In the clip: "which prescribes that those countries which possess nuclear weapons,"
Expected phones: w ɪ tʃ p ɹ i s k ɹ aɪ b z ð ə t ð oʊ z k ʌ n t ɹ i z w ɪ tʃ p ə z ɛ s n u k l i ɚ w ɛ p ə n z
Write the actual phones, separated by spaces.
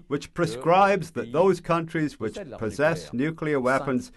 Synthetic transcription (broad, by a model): w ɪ tʃ p ɹ i s k ɹ aɪ b z ð ə t ð oʊ z k ʌ n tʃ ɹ i z w ɪ tʃ p ə z ɛ s n u k l i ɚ w ɛ p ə n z